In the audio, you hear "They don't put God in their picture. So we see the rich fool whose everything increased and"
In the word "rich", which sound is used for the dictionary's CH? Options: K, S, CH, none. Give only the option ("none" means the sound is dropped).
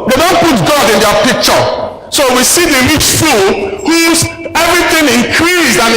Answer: S